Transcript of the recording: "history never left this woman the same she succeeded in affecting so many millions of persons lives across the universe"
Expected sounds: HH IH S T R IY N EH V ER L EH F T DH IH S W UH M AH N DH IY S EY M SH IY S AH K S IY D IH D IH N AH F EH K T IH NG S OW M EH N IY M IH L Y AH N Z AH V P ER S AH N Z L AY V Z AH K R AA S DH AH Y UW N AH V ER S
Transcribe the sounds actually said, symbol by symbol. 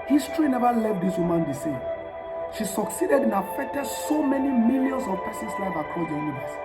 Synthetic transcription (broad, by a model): HH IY S T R IY N EH V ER L EH T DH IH S W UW M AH N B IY S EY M SH IY S AH K S IY D IH D IH N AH F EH K T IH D S OW M EH N IY M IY L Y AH N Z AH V P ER S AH N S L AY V AH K AA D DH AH Y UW N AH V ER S